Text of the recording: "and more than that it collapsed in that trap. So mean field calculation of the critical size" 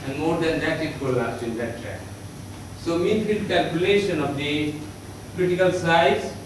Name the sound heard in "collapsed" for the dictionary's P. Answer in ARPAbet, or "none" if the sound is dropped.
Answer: none